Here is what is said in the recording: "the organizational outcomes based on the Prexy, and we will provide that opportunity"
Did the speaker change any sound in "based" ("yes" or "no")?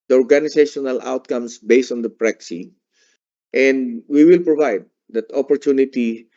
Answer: no